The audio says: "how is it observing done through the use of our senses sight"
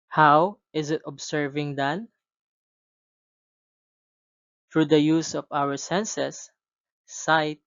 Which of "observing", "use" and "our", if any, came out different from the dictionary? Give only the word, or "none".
observing